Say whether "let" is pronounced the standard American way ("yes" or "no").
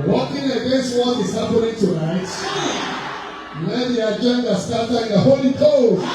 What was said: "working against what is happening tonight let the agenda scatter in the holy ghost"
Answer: no